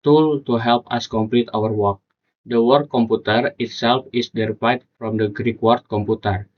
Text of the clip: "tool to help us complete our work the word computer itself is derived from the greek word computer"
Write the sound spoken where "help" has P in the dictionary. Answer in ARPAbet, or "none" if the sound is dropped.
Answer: P